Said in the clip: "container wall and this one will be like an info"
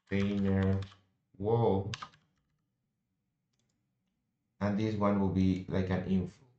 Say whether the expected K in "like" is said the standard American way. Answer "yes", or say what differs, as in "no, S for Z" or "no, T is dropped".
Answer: yes